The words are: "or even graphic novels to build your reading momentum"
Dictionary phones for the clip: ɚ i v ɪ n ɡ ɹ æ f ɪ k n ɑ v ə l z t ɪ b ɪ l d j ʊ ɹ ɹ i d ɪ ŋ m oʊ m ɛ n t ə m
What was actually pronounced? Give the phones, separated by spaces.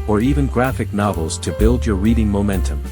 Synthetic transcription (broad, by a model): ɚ i v ɪ n ɡ ɹ æ f ɪ k n ɑ v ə l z t ɪ b ɪ l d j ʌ ɹ ɹ i d ɪ ŋ m oʊ m ɛ n t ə m